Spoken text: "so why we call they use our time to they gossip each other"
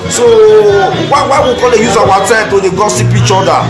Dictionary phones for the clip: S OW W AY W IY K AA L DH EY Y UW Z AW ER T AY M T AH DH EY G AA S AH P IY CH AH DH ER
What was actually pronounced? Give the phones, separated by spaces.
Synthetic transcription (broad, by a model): S OW W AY W IY K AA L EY Y UW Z AW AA T AY M T AH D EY G AA S AH P IY CH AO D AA